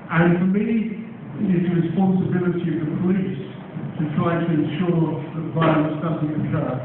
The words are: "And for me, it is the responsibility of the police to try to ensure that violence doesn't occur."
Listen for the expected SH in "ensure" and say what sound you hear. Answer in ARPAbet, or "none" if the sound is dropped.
SH